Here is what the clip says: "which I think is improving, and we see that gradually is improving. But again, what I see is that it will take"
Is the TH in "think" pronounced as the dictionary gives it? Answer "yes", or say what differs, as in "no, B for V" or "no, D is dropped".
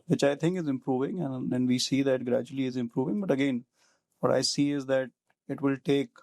no, T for TH